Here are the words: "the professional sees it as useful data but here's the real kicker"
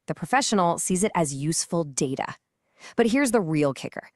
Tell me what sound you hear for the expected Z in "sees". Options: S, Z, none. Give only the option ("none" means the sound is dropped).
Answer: Z